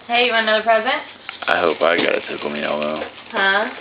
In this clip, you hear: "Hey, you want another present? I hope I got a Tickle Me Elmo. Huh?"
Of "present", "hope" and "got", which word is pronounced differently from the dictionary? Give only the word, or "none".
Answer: none